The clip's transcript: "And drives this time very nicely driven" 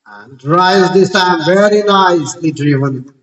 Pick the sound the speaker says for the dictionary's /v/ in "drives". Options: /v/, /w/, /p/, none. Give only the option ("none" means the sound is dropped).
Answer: none